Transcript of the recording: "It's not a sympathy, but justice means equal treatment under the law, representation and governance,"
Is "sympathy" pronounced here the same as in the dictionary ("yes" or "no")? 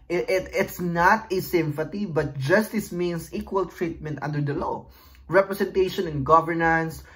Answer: no